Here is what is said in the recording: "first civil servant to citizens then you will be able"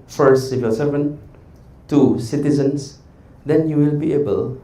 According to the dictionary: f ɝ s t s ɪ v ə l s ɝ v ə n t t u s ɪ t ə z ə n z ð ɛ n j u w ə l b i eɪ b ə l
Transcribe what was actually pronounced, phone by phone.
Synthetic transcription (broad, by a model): f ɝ s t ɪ f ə s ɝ v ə n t t u s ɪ t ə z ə n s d ɛ n j u w ə l b i eɪ b ə l